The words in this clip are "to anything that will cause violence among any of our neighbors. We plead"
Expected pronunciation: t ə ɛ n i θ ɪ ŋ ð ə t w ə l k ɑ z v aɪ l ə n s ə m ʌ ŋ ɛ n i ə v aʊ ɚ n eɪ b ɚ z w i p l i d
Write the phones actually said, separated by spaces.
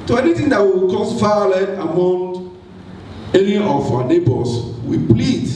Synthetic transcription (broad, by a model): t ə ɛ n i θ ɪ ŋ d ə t w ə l k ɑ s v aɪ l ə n ə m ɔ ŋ ɛ n i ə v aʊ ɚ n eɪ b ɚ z w i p l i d